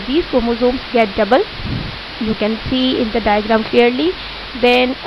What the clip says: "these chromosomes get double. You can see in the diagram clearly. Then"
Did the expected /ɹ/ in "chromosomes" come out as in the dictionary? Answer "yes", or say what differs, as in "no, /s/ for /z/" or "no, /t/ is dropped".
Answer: no, /ɹ/ is dropped